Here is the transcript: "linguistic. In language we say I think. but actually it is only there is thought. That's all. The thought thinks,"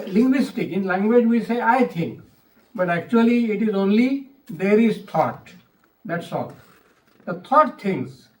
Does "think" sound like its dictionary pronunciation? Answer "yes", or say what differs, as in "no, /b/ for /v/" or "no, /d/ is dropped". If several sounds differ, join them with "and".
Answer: no, /t/ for /θ/